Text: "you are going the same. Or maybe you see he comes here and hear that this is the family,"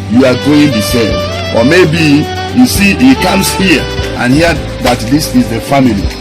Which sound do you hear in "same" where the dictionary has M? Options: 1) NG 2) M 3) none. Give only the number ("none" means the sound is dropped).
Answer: 3